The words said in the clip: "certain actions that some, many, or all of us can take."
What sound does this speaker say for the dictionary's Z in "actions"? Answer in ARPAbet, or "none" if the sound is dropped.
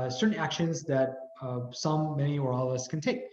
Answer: Z